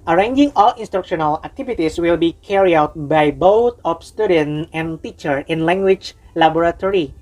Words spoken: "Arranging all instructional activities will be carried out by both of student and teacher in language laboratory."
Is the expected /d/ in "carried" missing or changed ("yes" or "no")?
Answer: yes